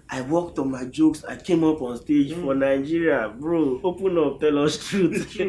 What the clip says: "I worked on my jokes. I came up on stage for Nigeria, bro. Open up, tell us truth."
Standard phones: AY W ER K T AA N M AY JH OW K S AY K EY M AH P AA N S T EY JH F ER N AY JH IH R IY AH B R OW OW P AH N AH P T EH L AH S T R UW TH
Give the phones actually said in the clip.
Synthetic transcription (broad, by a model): AY W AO K T AA N M AY JH OW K S AY K EY M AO P AA N S T EY JH F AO N AY JH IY R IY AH B R OW OW P AH N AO P T EH L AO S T R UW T